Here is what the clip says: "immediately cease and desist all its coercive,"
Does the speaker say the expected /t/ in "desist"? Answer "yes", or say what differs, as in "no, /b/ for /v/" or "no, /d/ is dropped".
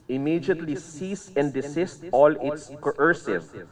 yes